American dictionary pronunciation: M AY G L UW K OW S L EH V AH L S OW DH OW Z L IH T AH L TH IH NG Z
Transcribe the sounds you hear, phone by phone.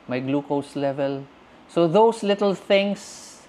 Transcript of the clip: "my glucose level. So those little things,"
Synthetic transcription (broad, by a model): M AY G L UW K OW S L EH V AH L S OW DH OW S L IH T AH L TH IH NG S